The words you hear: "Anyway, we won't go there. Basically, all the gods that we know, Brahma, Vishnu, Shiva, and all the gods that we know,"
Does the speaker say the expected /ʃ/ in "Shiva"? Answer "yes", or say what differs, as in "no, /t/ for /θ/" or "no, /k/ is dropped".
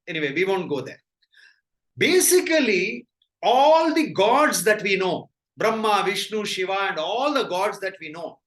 yes